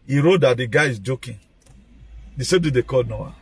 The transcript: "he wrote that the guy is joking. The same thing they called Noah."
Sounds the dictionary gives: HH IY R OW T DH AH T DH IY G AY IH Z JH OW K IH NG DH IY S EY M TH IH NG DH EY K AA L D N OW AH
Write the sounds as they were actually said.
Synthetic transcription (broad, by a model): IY R OW T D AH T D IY G AY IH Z JH OW K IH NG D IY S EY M T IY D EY K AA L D N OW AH